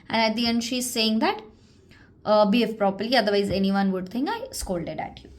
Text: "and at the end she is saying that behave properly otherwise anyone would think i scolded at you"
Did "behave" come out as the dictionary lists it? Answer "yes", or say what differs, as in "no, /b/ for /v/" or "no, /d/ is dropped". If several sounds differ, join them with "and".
no, /f/ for /v/